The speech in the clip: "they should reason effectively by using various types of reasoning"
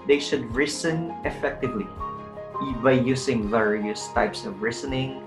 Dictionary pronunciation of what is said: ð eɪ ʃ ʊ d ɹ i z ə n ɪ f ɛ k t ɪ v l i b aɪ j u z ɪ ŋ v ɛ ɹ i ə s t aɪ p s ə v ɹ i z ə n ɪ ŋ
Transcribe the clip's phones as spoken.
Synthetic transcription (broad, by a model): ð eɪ ʃ ʊ d ɹ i s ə n ɪ f ɛ k t ɪ v l i b aɪ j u s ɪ ŋ v ɛ ɹ i ə s t aɪ p s ə v ɹ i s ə n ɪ ŋ